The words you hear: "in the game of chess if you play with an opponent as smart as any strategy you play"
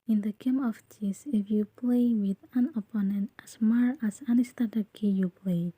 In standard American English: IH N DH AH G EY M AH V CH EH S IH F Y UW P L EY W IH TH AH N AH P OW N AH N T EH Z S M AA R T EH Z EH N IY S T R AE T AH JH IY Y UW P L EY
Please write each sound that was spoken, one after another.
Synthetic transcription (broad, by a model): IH N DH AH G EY M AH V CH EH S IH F Y UW P L EY W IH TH AH N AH P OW N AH N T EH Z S M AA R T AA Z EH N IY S T AA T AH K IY Y UW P L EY